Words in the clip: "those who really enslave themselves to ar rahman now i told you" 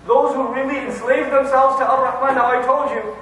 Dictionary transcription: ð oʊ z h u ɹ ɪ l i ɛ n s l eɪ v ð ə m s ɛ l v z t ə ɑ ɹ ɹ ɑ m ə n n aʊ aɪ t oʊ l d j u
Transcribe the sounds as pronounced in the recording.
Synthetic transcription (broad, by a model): ð oʊ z h u ɹ ɪ l i ɛ n s l eɪ v ð ə m s ɛ l v z t ə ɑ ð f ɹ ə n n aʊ aɪ t oʊ l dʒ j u